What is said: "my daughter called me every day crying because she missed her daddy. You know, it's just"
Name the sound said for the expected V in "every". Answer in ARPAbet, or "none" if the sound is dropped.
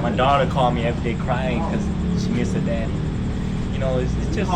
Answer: V